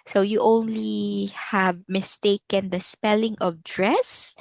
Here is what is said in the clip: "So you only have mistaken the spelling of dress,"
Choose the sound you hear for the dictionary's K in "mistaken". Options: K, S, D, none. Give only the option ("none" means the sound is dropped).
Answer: K